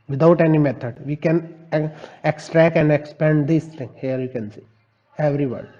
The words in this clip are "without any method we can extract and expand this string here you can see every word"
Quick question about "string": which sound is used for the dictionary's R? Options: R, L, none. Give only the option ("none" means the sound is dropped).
none